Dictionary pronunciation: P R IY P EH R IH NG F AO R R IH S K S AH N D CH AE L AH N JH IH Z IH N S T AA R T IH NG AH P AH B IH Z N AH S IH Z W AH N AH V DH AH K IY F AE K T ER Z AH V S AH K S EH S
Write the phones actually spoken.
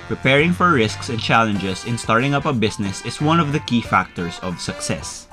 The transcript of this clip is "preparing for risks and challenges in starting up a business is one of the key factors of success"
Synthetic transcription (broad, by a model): P R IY P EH R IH NG F AO R R IH S K S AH N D CH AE L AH N JH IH S IH N S T AA R T IH NG AH P AH B IH S N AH S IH S W AH N AH V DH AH K IY F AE K T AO S AH V S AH K S EH S